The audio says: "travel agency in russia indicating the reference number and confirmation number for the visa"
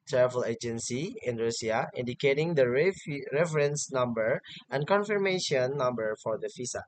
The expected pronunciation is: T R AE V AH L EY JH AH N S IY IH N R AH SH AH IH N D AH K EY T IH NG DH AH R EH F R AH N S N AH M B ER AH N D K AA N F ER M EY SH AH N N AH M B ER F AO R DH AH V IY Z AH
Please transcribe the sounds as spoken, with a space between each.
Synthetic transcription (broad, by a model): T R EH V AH L EY JH AH N S IY IH N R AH S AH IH N D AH K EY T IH NG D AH R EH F R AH N S N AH M B ER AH N K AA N F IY M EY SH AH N N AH M B ER F AO R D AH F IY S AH